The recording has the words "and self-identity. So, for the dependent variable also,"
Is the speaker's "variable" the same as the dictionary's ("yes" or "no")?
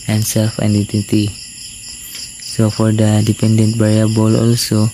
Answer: no